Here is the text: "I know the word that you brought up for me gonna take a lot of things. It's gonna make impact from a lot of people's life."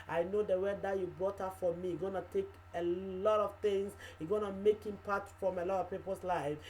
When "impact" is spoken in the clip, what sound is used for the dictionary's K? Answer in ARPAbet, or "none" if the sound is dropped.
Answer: none